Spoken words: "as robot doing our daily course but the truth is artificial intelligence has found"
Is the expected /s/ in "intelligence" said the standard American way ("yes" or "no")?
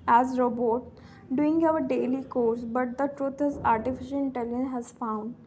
no